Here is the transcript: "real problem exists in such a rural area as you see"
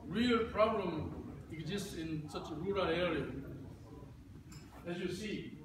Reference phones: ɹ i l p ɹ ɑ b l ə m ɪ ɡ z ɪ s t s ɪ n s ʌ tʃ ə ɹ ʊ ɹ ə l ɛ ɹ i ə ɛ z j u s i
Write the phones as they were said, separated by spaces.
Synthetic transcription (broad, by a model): ɹ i l p ɹ ɑ b l ə m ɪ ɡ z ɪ s t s ɪ n s ʌ tʃ ə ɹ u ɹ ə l ɛ ɹ i ə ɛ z j u s i